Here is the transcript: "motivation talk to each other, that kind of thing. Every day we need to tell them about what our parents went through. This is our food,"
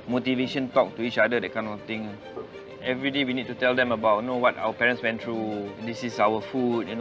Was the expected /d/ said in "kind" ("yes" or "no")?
no